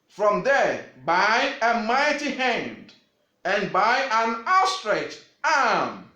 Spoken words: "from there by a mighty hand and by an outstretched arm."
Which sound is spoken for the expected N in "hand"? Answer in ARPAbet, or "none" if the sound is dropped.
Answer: N